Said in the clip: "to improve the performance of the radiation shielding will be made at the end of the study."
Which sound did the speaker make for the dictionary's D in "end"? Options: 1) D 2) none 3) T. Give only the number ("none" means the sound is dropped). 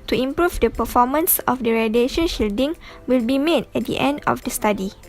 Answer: 1